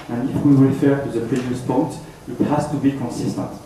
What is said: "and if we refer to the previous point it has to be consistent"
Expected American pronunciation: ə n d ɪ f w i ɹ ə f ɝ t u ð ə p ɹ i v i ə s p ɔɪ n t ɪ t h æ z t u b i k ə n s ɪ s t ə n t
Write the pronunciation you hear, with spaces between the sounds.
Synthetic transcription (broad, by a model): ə n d ɪ f w i w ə f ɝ t u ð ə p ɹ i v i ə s p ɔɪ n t ɪ t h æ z t u b i k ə n s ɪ s t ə n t